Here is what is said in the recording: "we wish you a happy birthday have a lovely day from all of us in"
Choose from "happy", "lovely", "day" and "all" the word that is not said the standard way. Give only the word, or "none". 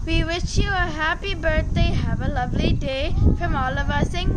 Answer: none